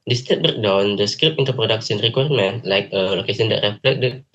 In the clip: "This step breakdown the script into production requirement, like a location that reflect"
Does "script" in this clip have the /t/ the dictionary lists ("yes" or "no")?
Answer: no